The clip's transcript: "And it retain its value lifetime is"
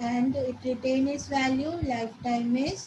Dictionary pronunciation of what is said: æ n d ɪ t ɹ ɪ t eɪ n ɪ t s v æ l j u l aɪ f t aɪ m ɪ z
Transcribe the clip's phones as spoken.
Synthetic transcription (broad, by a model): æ n d ɪ t ɹ ɪ t eɪ n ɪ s v æ l j u l aɪ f t aɪ m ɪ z